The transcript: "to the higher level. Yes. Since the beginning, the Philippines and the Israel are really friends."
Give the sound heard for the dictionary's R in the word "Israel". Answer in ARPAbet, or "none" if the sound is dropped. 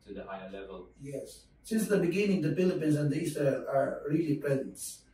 none